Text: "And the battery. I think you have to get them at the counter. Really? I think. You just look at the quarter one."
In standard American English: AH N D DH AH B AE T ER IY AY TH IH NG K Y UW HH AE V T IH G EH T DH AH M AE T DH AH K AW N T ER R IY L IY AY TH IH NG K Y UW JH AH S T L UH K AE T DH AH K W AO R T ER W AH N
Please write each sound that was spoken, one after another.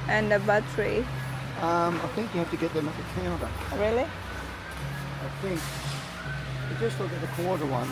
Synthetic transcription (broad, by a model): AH N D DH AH B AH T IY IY AY TH IH NG K Y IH HH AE F T IH G EH T DH AH M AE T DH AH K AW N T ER R IY L IY AY TH IH NG K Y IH JH AH S T L UH K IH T DH AH K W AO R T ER W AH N